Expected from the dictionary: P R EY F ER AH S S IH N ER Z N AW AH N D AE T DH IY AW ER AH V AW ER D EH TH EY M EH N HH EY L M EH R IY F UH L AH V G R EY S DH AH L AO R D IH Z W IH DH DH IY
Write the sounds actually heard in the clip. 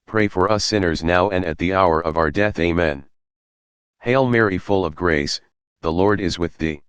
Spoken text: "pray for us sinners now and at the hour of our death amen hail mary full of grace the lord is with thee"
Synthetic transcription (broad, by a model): P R EY F ER AH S S IH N ER Z N AW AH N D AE T DH IY AW ER AH V AW ER D EH TH EY M EH N HH EY L M EH R IY F UH L AH V G R EY S DH AH L AO R D IH Z W IH DH DH IY